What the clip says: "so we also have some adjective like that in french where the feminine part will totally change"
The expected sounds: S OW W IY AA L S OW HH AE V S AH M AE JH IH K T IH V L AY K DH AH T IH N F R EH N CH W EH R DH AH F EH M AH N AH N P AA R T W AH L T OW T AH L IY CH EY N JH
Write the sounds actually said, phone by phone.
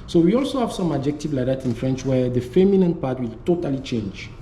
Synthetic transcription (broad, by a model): S OW W IY AA L S OW HH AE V S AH M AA JH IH K T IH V L AY K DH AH T IH N F R EH N CH W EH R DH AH F EH M AH N AH N P AA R T W AH L T OW T AH L IY CH EY N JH